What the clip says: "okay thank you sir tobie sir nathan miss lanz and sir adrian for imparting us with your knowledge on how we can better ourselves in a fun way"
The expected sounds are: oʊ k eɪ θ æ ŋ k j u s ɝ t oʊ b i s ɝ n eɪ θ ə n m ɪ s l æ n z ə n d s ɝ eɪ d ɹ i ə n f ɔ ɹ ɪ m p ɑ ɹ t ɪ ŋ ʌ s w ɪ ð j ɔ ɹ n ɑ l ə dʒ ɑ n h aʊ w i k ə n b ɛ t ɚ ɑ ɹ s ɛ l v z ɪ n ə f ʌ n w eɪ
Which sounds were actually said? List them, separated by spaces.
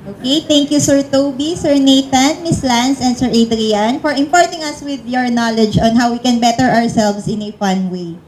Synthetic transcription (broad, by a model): oʊ k eɪ t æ ŋ k j u s ɝ t oʊ b i s ɝ n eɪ t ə n m ɪ s l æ n s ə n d s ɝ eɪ d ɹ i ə n f ɔ ɹ ɪ m p ɑ ɹ t ɪ ŋ ʌ s w ɪ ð j ɔ ɹ n ɑ l ə dʒ ɑ n h aʊ w i k ə n b ɛ t ɚ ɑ ɹ s ɛ l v s ɪ n ə f ʌ n w eɪ